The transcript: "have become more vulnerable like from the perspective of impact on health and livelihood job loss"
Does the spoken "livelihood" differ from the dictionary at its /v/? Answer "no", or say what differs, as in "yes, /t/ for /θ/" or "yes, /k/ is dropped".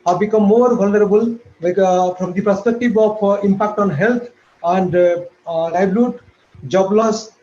yes, /b/ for /v/